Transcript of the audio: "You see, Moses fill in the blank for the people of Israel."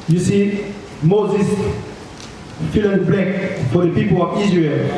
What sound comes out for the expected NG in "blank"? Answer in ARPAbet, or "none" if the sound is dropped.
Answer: none